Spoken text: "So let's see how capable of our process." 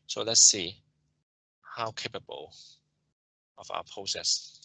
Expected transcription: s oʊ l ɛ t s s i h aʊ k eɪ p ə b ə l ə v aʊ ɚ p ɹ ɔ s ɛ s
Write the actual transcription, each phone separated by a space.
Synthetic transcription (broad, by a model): s oʊ l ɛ t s s i h aʊ k eɪ p ə b ə l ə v aʊ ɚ p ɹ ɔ s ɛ s